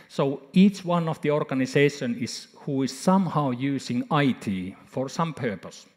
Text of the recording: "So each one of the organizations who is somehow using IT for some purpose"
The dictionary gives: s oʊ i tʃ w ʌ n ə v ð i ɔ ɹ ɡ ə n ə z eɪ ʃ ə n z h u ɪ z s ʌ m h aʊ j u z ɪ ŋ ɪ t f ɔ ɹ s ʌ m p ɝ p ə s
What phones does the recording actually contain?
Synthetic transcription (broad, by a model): s oʊ i tʃ w ʌ n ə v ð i ɔ ɹ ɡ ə n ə s eɪ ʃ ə n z h u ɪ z s ʌ m h aʊ j u s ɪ ŋ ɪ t f ɔ ɹ s ʌ m p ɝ p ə s